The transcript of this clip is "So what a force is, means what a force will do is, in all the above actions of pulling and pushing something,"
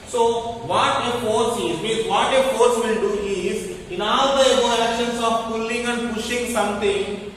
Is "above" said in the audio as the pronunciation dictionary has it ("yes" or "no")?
no